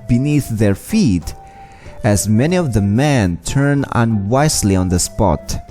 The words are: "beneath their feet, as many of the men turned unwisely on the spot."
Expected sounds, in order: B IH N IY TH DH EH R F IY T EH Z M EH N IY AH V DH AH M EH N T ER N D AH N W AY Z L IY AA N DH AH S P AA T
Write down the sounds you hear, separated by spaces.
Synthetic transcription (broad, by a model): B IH N IY TH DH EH R F IY T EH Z M EH N IY AH V DH AH M EH N T ER N AH N W AY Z L IY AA N DH AH S P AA T